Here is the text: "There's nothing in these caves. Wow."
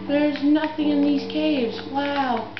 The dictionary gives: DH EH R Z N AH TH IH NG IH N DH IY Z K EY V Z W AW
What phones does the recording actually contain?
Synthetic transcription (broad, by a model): DH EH R Z N AH TH IH NG IH N DH IY Z K EY V Z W AW